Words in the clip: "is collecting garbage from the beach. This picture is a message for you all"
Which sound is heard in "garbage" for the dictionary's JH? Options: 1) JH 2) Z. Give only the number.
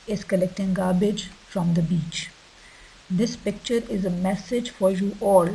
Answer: 1